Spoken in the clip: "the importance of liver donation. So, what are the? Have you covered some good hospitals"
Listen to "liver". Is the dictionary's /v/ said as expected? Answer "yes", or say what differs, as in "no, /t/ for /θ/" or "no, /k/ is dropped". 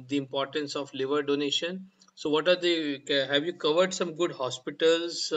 yes